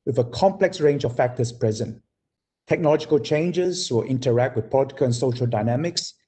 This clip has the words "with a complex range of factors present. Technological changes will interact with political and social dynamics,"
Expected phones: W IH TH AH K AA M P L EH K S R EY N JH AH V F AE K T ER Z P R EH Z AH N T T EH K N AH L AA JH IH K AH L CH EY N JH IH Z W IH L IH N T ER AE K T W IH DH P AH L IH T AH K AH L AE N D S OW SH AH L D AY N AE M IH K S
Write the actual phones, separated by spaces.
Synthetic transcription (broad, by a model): W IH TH AH K AA M P L EH K S R EY N JH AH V F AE K T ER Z P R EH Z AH N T T EH K N AH L AA JH IH K AH L CH EY N JH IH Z W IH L IH N T ER AE K T W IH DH P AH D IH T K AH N S OW SH AH L D AY N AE M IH K S